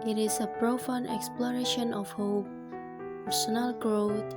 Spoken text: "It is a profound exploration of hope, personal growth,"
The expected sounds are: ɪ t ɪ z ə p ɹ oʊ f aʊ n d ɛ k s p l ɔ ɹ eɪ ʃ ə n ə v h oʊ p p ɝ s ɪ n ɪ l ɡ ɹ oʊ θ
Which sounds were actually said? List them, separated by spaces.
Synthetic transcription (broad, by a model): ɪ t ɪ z ə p ɹ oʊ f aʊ n ɛ k s p l ɔ ɹ eɪ ʃ ə n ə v h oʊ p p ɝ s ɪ n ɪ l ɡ ɹ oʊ